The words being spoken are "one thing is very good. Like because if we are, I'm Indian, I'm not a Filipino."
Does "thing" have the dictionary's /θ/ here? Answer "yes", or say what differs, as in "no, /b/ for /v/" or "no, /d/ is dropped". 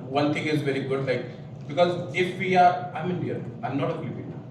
no, /t/ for /θ/